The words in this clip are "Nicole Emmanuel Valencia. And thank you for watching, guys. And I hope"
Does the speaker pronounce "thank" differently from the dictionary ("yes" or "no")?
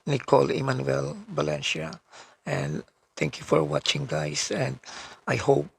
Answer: yes